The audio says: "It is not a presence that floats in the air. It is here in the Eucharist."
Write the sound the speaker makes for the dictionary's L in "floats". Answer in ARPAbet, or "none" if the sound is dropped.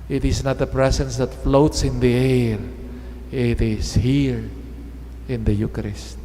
L